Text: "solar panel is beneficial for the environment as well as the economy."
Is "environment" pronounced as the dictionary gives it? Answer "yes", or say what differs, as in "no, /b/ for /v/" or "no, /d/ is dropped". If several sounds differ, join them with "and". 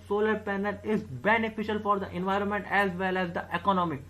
yes